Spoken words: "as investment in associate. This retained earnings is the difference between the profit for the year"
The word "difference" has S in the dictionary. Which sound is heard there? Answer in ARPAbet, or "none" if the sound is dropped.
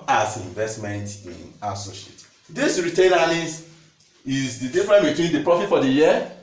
none